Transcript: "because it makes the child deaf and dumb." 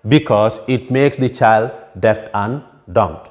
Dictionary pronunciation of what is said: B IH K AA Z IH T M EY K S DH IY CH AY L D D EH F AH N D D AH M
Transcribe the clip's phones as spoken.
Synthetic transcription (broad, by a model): B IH K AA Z IH T M EY K S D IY CH AY L D D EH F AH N D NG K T